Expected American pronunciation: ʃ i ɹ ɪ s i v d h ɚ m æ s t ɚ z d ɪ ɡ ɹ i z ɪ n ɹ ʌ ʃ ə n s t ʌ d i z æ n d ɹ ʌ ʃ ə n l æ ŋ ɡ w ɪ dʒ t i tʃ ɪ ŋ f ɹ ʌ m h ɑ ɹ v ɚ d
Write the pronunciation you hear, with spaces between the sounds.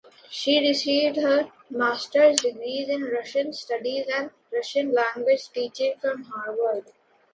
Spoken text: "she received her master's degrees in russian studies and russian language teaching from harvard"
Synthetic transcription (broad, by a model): ʃ i ɹ ɪ s i v d h ɚ m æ s t ɚ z d ɪ ɡ ɹ i z ɪ n ɹ ʌ ʃ ə n s t ʌ d i z æ n d ɹ ʌ ʃ ə n l æ ŋ ɡ w ɪ dʒ t i tʃ ɪ ŋ f ɹ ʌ m h ɑ ɹ v ɚ d